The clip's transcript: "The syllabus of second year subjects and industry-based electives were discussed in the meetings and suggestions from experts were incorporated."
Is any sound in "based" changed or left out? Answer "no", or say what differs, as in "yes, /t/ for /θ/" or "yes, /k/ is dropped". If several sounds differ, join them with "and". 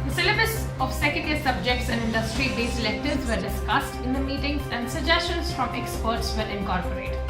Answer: yes, /t/ is dropped